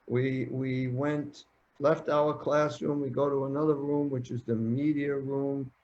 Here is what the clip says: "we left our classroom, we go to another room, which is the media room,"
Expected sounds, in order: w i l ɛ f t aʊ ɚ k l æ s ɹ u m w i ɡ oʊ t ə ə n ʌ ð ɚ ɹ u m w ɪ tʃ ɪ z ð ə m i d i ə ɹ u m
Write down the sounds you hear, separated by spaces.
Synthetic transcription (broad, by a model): w i l ɛ f t aʊ ɚ k l æ s ɹ u m w i ɡ oʊ t ə ə n ʌ ð ɚ ɹ u m w ɪ tʃ ɪ z ð ə m i d i ə ɹ u m